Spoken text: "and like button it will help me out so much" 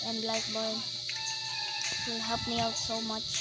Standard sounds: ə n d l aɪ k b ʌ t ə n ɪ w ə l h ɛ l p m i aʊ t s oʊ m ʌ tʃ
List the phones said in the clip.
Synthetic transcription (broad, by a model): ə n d l aɪ k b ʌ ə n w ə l h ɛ p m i aʊ t s oʊ m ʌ tʃ